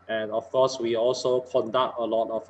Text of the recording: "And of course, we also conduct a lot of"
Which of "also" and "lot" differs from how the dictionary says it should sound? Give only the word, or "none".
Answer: none